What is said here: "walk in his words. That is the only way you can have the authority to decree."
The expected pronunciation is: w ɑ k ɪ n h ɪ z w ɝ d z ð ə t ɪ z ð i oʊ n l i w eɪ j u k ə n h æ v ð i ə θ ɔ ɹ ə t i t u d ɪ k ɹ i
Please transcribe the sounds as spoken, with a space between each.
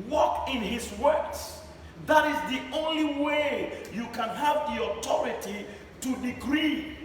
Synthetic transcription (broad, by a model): w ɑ k ɪ n h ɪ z w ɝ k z ð ə t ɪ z ð i oʊ n l i w eɪ j u k ə n h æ v ð i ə t ɔ ɹ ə t i t u d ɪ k ɹ i